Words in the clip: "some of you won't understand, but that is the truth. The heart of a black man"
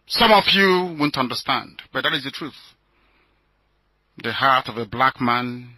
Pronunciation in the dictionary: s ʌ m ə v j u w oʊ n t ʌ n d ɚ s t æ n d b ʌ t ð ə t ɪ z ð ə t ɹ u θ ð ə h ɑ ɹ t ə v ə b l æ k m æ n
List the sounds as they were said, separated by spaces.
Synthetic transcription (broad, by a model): s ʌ m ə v j u w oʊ n t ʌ n d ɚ s t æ n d b ʌ t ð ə t ɪ z ð ə t ɹ u θ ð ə h ɑ ɹ t ə v ə b l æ k m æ n